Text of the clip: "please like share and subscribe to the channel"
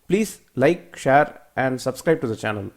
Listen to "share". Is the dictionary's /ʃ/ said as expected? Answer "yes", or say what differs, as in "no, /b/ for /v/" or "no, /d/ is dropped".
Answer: yes